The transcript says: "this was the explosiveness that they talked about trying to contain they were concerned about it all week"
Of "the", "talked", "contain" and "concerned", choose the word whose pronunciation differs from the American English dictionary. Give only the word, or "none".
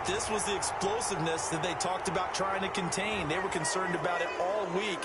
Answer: none